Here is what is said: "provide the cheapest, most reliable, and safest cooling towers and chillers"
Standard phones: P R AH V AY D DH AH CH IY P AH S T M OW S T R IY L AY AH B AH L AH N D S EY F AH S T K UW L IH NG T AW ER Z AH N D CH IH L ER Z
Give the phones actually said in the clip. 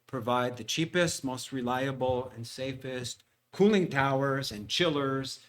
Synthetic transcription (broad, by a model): P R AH V AY D DH AH CH IY P AH S T M OW S T R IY L AY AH B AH L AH N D S EY F AH S T K UW L IH NG T AW ER Z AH N CH IH L ER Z